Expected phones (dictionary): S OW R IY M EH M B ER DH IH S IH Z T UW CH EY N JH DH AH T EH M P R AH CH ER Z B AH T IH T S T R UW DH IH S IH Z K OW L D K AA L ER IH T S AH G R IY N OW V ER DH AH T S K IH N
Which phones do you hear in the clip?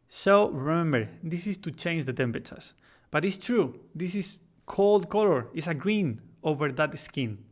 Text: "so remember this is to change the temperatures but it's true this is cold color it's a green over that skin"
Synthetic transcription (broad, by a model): S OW R IY M EH M B ER DH IH S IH S T UW CH EY N JH DH AH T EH M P AH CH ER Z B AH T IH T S T R UW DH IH S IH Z K OW L D K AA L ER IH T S AH G R IY N OW V ER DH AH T S K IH N